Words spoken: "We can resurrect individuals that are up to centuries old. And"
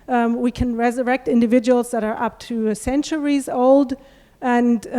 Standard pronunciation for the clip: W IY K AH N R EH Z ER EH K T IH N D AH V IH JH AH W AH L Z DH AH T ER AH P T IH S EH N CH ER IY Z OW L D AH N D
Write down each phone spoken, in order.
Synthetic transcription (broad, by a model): W IY K AH N R EH Z ER EH K T IH N D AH V IH JH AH W L Z DH AH T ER AH P T IH S EH N CH ER IY Z OW L D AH N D